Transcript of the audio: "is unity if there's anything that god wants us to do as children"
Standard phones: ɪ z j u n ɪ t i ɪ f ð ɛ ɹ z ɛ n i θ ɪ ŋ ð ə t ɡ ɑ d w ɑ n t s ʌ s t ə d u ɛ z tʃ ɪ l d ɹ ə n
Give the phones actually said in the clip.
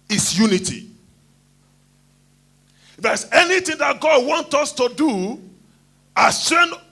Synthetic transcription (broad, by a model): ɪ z j u n ɪ t i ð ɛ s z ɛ n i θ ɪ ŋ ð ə t ɡ ɑ d w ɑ n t ʌ s t ə d u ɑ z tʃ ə n